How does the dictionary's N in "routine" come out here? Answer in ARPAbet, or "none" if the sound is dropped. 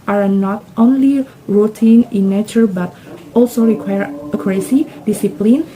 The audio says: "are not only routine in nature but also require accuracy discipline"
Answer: N